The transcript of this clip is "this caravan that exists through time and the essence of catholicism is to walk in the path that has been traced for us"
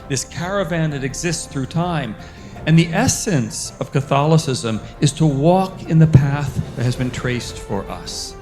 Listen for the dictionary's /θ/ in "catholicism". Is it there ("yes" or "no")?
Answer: yes